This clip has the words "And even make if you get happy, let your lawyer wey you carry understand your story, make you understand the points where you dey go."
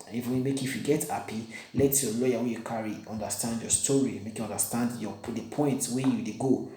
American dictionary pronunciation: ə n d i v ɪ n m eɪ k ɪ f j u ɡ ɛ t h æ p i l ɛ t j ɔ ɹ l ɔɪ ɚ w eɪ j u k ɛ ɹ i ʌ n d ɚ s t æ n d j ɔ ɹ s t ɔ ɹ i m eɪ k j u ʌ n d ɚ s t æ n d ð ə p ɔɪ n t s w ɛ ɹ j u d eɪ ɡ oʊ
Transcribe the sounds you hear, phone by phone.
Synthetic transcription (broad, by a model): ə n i f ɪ m eɪ k ɪ f j u ɡ ɛ t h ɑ p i l ɛ t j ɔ l ɔɪ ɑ w eɪ j u k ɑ ɹ i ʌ n d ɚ s t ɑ n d j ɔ s t ɔ ɹ i m eɪ k j u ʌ n d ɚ s t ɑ n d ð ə p ɔɪ n t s w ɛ j u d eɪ ɡ oʊ